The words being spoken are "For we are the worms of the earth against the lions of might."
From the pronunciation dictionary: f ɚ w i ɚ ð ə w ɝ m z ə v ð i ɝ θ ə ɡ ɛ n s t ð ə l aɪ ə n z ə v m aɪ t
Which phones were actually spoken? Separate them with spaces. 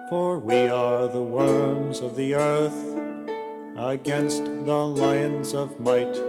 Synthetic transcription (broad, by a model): f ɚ w i ɚ ð ə w ɝ m z ə v ð i ɝ θ ə ɡ ɛ n s t ð ə l aɪ ə n z ə v m aɪ t